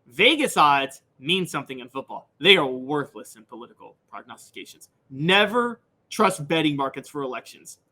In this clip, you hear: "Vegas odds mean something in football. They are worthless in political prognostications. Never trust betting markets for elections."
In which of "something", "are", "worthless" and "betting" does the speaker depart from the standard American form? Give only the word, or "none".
none